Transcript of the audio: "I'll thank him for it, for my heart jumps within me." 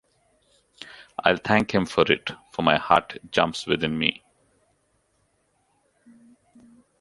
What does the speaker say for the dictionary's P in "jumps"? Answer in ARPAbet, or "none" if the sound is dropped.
P